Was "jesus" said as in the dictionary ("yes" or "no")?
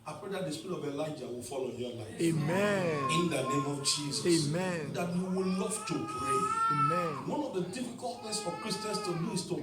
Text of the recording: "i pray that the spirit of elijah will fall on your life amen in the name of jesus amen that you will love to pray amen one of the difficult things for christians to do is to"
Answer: no